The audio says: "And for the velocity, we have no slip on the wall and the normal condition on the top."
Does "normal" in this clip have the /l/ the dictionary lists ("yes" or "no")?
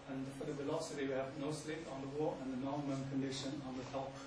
no